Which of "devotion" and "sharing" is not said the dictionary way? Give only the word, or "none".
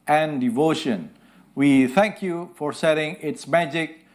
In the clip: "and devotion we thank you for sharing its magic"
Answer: sharing